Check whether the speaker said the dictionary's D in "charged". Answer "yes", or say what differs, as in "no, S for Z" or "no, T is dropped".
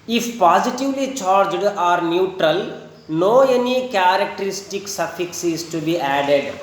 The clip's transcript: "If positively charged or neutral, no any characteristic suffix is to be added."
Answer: yes